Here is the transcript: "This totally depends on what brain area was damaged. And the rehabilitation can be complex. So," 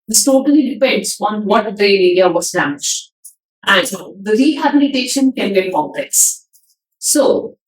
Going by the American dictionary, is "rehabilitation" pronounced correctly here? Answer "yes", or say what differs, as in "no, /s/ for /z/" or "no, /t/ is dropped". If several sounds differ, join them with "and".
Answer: yes